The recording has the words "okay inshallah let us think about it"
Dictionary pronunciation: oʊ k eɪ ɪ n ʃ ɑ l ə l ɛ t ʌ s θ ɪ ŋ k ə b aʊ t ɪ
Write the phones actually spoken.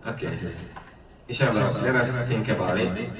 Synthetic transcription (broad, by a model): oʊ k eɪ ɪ ʃ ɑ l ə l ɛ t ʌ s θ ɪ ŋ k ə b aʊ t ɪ